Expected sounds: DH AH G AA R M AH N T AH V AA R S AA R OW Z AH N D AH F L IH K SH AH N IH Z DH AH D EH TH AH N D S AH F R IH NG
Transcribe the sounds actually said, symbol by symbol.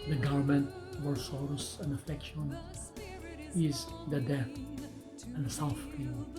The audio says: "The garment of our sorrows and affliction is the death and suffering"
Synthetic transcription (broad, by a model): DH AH G AA R M AH N T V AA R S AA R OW S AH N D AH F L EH K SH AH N IH Z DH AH D EH TH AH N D S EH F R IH